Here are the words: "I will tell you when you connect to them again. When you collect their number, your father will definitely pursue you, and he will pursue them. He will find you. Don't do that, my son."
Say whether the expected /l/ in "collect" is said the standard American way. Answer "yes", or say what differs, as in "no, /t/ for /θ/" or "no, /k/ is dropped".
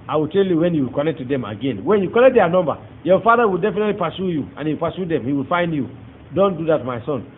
no, /n/ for /l/